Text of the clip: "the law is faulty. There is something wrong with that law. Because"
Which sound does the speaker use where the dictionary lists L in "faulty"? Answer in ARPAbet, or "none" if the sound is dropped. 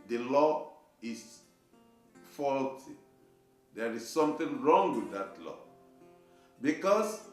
L